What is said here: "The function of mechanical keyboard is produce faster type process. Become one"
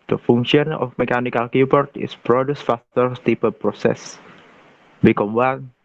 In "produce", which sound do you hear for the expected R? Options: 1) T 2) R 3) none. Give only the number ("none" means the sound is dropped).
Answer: 2